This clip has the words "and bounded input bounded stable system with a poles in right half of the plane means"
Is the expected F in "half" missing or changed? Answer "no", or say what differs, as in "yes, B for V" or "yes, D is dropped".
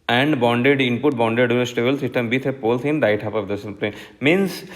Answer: yes, P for F